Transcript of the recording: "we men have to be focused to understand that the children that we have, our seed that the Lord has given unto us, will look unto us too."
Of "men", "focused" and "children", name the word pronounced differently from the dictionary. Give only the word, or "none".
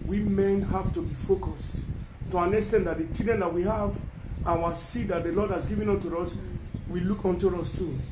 children